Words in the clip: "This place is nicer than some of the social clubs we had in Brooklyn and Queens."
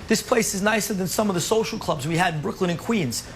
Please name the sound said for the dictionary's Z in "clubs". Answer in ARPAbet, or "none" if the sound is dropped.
Z